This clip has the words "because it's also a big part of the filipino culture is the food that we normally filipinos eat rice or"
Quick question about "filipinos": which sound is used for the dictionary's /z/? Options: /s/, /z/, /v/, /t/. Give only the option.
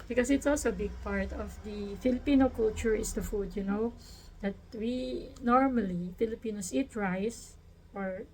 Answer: /s/